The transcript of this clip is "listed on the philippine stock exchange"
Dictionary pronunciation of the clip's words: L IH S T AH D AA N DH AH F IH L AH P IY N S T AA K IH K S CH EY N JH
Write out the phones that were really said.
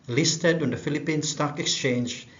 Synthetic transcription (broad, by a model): L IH S T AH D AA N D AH F IH L AH P IY N S T AA K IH K S CH EY N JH